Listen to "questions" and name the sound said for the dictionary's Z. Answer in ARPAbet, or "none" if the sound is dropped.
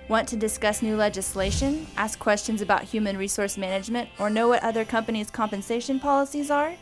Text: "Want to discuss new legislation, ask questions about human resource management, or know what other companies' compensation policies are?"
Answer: Z